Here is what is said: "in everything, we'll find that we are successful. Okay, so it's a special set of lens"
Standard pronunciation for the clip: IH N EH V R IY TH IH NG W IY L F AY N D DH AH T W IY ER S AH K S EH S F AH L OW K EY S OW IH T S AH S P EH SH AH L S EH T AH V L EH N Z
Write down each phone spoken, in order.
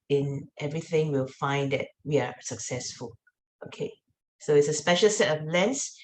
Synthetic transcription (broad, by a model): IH N EH V R IY TH IH NG W IY L F AY N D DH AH T W IY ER S AH K S EH S F AH L OW K EY S OW IH T S AH S P EH SH AH L S EH T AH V L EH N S